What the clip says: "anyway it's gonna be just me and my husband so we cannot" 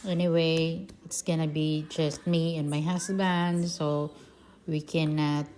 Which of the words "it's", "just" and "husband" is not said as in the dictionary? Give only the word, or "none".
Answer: husband